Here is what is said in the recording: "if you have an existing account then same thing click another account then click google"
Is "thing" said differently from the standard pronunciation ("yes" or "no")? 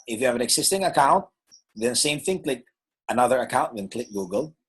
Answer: no